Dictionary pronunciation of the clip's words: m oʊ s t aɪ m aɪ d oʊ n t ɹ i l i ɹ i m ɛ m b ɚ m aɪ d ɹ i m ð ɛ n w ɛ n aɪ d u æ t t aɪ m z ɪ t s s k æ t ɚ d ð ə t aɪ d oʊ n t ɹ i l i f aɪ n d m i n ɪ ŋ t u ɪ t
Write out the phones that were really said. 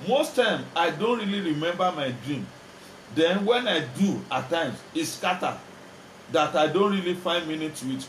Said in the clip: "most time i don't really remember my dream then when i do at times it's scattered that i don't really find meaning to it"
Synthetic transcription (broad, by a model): m oʊ s t aɪ m aɪ d oʊ n t ɹ i l i ɹ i m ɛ m b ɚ m aɪ d ɹ i m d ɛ n w ɛ n aɪ d u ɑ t t aɪ m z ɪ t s s k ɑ t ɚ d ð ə t aɪ d oʊ n t ɹ i l i f aɪ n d m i n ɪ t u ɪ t